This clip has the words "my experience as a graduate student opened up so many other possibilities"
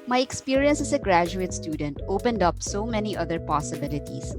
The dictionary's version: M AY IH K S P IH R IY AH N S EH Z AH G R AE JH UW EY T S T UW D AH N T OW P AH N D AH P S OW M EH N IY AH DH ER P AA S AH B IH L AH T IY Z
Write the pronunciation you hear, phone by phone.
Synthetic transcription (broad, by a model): M AY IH K S P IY R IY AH N S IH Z AH G R AE JH UW EY T S T UW D AH N T OW P AH N D AH P S OW M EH N IY AH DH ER P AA S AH B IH L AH T IY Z